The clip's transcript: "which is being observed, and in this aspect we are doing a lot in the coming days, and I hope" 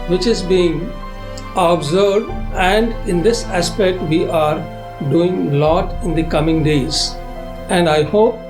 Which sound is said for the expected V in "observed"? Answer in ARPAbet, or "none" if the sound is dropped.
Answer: none